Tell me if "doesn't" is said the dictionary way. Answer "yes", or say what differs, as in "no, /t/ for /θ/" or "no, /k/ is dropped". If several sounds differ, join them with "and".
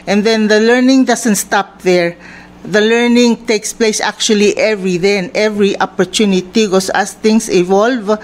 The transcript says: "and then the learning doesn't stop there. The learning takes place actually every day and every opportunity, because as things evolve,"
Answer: no, /s/ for /z/